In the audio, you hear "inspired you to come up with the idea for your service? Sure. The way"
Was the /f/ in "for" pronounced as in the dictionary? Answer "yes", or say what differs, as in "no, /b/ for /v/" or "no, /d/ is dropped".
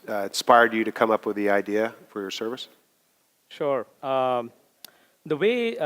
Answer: yes